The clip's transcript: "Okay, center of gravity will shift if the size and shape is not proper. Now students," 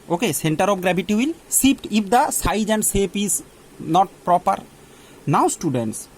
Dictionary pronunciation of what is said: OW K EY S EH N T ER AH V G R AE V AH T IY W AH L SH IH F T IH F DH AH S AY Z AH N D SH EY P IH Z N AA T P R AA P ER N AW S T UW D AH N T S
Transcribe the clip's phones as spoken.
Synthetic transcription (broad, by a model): OW K EY S EH N T ER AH P G R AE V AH T IY W AH L S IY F T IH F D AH S AY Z AH N D S EY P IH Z N AA T P R AA P ER N AW S T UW D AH N T S